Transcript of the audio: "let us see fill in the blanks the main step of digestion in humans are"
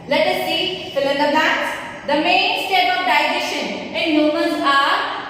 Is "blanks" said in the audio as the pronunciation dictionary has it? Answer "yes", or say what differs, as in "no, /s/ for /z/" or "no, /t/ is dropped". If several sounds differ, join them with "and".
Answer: no, /l/ is dropped and /ŋ/ is dropped